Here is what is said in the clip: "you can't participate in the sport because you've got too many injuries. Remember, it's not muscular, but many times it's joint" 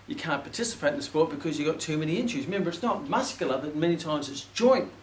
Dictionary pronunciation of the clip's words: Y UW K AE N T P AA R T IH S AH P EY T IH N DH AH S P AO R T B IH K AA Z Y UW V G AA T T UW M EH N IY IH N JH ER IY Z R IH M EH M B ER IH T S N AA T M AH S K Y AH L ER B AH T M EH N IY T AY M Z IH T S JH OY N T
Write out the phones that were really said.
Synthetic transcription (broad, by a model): Y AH K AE N P AA R T IH S AH P EY T IH N DH AH S P AO R T B IH K AA Z Y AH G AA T T UW M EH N IY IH N CH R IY Z M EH M B ER IH T S N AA T M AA S K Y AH L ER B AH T M EH N IY T AY M Z IH T S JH OY N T